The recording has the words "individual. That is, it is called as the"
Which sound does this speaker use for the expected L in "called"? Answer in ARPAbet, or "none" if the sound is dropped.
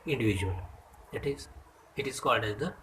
L